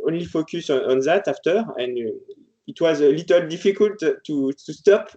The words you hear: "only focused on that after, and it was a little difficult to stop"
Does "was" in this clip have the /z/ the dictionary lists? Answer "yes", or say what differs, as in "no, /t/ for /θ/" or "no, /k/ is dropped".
yes